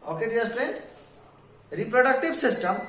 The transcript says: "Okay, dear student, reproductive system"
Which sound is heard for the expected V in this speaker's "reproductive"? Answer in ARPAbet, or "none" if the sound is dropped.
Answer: B